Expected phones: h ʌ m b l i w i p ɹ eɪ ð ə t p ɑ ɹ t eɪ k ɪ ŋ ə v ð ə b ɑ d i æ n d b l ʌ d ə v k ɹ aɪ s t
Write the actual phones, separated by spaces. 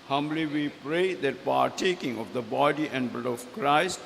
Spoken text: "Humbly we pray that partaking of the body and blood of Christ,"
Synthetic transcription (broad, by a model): h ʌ m b l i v i p ɹ eɪ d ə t p ɑ ɹ t eɪ k ɪ ŋ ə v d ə b ɑ d i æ n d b ʌ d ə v k ɹ aɪ s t